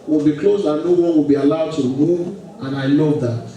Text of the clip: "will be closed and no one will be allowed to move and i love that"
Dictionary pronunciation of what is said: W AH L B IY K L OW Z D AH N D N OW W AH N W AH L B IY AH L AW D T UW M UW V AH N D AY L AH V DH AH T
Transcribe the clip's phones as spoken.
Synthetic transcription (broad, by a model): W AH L B IY K L OW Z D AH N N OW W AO W AH L B IY AH L AW D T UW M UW AH N AY L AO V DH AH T